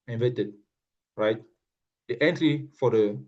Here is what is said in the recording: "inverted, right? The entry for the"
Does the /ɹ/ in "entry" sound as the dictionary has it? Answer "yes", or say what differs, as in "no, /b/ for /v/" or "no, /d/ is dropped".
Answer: no, /l/ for /ɹ/